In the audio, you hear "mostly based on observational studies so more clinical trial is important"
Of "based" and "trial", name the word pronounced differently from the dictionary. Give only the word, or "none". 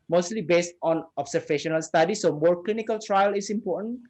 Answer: none